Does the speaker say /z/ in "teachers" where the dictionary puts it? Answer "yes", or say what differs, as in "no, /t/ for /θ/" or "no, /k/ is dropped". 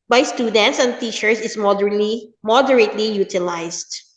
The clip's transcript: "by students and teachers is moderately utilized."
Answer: no, /s/ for /z/